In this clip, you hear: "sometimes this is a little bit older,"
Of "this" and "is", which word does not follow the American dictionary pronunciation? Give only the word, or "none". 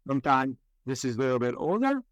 none